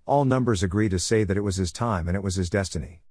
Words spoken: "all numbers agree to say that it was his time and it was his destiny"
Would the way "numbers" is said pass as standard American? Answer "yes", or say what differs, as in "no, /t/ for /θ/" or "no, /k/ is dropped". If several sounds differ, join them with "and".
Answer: yes